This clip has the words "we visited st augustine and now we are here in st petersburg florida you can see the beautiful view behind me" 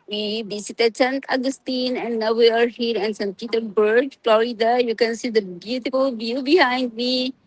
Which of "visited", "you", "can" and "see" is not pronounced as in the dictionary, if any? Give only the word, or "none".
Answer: visited